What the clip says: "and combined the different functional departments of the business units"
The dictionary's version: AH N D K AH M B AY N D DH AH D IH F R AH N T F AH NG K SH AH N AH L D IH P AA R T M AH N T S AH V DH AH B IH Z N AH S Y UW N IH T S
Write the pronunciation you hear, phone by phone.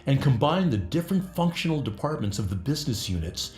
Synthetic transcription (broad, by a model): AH N K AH M B AY N DH AH D IH F R AH N T F AH NG K SH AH N L D IH P AA R T M AH N T S AH V DH AH B IH Z N AH S Y UW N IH T S